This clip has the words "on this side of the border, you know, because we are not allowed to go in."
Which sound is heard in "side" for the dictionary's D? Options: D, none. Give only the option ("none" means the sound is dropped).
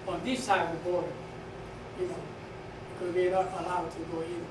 none